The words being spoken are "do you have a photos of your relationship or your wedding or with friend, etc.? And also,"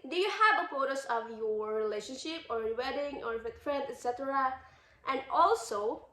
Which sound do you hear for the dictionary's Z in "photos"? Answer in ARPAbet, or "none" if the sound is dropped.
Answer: S